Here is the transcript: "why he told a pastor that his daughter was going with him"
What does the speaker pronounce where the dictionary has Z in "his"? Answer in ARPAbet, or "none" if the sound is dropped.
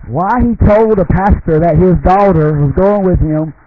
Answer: Z